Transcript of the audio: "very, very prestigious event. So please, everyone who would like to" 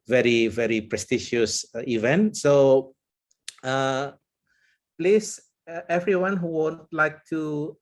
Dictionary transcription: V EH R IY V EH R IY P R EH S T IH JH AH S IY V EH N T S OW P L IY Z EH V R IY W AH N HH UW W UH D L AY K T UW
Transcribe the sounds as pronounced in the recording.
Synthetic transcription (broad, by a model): V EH R IY V EH R IY P R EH S T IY SH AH S IY V EH N T S OW P L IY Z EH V R IY W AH N HH UW W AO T L AY K T UW